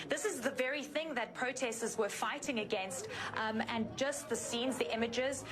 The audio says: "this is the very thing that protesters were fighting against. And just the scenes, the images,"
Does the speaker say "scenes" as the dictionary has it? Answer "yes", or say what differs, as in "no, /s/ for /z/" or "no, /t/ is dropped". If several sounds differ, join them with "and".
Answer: yes